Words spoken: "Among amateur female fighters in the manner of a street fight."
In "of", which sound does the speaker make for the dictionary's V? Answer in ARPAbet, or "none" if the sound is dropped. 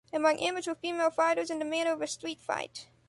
V